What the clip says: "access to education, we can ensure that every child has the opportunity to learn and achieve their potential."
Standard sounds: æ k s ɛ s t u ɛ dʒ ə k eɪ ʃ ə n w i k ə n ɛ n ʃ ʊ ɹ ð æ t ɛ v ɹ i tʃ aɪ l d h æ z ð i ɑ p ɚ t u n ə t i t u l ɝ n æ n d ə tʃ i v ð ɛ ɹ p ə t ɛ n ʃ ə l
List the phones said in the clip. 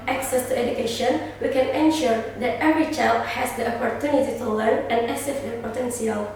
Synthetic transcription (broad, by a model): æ k s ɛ s t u ɛ dʒ ə k eɪ ʃ ə n w i k ə n ɛ n ʃ ʊ ɹ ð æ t ɛ v ɹ i tʃ aɪ l d h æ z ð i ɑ p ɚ t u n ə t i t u l ɝ n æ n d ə s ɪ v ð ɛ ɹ p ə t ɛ n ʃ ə l